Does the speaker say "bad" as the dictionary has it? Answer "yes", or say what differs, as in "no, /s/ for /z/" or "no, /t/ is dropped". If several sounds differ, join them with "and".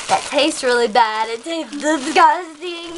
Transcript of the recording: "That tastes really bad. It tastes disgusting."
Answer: yes